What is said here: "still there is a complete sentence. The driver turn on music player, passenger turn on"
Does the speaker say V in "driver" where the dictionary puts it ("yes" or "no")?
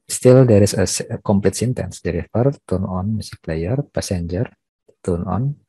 no